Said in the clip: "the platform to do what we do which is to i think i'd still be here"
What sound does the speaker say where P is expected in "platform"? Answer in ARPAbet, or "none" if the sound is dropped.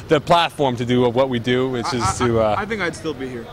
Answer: P